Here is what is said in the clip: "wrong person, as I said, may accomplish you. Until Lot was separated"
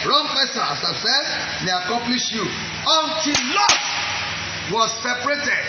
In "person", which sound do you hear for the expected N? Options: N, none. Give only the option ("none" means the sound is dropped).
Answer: none